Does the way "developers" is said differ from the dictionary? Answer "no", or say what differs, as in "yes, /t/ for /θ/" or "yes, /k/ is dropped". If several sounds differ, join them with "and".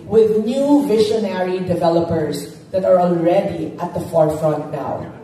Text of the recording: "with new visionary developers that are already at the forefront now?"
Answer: no